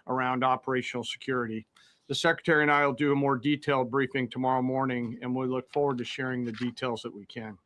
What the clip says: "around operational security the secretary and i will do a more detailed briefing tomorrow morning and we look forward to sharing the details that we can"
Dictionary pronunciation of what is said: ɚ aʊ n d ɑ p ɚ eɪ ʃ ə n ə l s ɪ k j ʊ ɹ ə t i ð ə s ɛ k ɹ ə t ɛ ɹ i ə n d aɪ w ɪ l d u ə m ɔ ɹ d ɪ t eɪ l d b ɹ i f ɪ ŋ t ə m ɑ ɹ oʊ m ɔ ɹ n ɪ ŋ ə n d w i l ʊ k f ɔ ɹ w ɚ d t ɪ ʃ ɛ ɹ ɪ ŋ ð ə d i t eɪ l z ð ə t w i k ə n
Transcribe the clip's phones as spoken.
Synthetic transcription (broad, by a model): ɚ aʊ n d ɑ p ɚ eɪ ʃ n l s ɪ k j ʊ ɹ ə t i ð ə s ɛ k ɹ ə t ɛ ɹ i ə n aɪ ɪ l d ə m ɔ ɹ d ɪ t eɪ l d b ɹ i f ɪ ŋ t ə m ɑ ɹ oʊ m ɔ ɹ n ɪ ŋ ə n w i l ʊ k f ɔ ɹ w ɚ d t ɪ ʃ ɛ ɹ ɪ ŋ ð ə d i t eɪ l z ð ə t w i k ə n